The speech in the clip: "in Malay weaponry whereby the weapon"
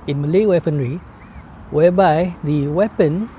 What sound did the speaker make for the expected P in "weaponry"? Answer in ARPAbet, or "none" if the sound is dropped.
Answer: P